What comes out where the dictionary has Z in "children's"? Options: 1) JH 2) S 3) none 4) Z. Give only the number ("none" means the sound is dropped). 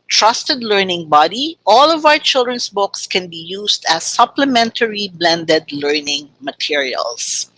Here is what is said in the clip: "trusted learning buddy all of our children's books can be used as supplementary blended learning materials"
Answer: 2